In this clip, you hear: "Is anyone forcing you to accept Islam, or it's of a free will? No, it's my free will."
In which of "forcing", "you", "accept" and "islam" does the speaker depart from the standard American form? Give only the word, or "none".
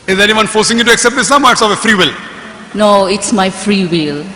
islam